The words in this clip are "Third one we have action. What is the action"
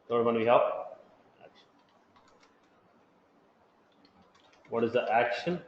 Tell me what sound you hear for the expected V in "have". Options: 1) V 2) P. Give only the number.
2